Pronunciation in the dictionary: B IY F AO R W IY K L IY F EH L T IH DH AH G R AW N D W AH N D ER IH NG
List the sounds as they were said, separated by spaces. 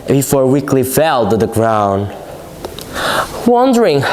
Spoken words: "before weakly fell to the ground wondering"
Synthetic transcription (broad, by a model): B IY F AO R W IY K L IY F EH L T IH DH AH G R AW N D W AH N D ER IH NG